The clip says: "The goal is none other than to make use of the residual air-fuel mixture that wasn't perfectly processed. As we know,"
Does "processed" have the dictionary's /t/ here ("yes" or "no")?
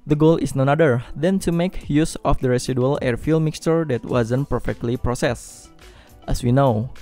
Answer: yes